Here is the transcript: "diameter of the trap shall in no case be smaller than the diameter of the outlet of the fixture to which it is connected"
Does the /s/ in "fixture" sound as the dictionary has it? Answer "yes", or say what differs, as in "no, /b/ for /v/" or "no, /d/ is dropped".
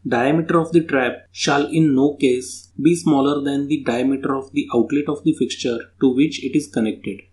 yes